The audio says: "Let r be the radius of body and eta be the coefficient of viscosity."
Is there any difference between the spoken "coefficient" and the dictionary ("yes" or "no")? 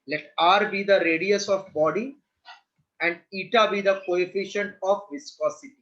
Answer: no